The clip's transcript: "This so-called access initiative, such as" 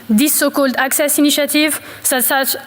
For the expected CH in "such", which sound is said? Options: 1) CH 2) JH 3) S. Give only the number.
3